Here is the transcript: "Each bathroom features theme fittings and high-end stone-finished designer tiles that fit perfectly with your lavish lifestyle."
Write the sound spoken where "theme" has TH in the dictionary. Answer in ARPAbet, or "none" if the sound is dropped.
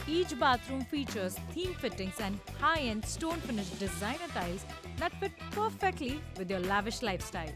T